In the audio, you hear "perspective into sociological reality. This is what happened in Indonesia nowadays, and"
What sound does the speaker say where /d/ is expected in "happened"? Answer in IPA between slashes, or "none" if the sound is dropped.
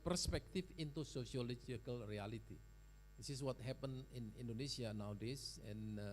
none